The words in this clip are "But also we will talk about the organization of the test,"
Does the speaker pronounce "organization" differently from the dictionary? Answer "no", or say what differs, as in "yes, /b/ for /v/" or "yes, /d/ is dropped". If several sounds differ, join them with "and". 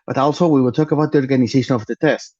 yes, /s/ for /z/